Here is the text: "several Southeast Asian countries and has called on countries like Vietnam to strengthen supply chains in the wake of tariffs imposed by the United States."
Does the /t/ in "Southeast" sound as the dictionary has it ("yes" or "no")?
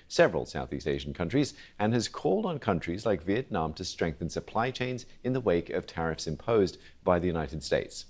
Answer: yes